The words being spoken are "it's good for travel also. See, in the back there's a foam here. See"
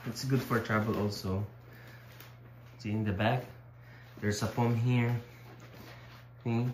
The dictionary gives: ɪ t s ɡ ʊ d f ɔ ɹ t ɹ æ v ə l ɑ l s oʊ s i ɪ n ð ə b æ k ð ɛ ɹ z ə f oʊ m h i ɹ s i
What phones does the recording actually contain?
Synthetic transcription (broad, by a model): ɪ t s ɡ ʊ d f ɔ ɹ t ɹ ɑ b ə l ɑ l s oʊ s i ɪ n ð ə b æ k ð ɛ ɹ s ə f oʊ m h i ɹ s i